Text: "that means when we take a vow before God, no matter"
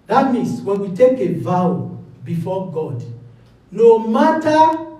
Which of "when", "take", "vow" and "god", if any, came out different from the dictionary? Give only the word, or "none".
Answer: none